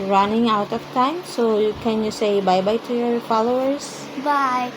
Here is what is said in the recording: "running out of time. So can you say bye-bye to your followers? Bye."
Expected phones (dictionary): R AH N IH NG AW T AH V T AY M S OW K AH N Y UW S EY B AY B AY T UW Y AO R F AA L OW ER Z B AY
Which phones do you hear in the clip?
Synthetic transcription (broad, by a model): R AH N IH NG AW T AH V T AY M S OW K AH N Y UW S EY B AY B AY T UW Y AO R F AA L OW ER S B AY